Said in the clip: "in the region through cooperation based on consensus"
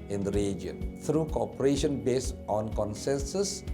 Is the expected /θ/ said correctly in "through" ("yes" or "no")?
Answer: no